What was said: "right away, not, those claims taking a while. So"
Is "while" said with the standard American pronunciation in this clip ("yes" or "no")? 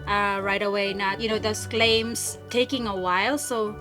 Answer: yes